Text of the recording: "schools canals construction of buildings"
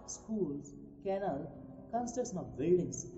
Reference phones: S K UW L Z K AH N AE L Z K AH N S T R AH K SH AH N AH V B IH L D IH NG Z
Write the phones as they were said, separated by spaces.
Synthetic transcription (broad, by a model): S K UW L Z K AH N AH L K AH N S T AH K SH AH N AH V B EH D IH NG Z